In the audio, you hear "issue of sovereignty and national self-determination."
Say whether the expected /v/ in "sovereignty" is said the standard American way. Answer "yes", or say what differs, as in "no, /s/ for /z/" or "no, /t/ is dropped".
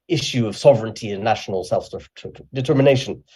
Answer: yes